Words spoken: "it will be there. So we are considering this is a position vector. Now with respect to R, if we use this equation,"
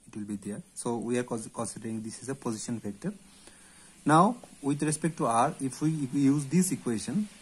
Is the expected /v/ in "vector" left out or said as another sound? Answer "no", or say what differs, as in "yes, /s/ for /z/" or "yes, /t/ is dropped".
yes, /f/ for /v/